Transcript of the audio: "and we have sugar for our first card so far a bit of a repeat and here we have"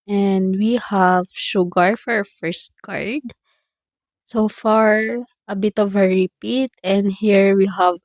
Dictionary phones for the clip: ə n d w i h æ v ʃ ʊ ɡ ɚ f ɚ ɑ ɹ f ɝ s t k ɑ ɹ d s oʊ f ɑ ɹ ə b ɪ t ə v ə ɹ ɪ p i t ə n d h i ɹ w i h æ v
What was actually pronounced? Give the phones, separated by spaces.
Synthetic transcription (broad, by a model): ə n d w i h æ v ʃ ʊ ɡ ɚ f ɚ ɑ ɹ f ɝ s t k ɑ ɹ d s oʊ f ɑ ɹ ə b ɪ t ə v ə ɹ ɪ p i t ə n d h i ɹ w i h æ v